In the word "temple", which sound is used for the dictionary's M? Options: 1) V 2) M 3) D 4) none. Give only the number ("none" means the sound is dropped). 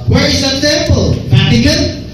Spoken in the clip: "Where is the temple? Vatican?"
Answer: 4